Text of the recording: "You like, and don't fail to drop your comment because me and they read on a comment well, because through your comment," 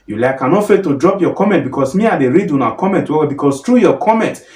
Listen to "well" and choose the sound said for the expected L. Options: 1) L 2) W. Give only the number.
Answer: 2